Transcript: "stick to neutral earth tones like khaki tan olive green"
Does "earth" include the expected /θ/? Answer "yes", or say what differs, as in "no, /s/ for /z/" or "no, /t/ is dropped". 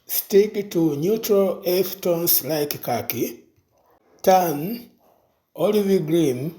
no, /f/ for /θ/